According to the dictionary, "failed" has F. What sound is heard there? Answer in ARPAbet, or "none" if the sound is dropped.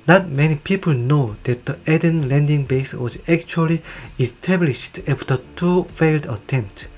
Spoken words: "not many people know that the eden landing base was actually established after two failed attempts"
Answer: F